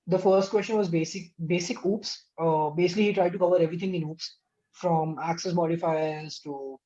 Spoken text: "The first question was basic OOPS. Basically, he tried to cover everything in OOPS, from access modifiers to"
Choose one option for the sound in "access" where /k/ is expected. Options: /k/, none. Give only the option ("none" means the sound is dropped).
/k/